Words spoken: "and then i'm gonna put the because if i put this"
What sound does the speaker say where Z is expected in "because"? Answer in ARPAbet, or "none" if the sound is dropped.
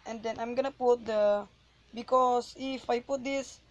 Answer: S